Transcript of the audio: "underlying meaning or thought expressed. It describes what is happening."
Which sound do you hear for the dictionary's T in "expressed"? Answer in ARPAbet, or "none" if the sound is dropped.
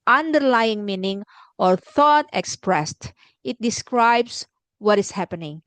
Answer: T